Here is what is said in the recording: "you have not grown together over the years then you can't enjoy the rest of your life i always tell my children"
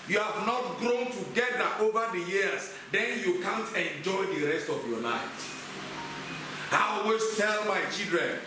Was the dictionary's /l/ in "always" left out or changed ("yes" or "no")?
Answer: yes